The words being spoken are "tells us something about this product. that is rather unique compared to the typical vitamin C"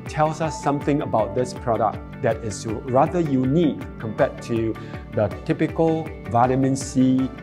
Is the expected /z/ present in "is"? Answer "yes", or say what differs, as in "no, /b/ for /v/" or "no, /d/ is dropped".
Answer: no, /s/ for /z/